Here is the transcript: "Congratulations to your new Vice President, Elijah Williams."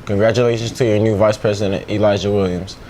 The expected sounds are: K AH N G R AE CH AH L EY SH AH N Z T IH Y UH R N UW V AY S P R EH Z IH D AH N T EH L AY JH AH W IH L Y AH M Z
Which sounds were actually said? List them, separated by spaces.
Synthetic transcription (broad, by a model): K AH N G R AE CH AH L EY SH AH N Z T IH Y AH R N UW V AY S P R EH Z IH D AH N T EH L AY ZH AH W IH L Y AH M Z